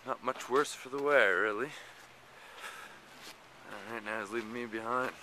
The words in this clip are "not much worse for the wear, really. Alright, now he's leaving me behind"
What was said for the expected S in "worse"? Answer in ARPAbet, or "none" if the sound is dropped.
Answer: S